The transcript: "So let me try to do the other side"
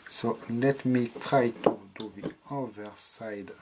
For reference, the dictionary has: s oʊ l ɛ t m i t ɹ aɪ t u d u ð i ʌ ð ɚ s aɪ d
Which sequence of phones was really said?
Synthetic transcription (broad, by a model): s oʊ l ɛ t m i t ɹ aɪ t u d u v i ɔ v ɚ s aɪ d